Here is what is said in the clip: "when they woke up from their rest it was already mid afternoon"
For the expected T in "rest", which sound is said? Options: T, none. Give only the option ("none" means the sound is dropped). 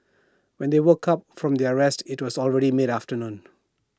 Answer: T